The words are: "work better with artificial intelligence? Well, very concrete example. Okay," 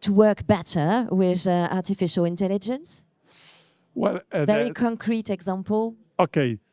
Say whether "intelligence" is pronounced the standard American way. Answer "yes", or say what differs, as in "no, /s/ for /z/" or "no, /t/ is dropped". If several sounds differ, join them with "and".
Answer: yes